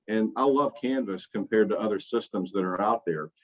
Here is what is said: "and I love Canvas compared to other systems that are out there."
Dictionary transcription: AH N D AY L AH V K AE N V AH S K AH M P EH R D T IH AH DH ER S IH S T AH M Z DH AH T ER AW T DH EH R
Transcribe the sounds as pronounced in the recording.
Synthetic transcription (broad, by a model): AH N AY L AH V K AE N V AH S K AH M P EH R D T IH AH DH ER S IH S T AH M Z DH AH T ER AW T DH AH R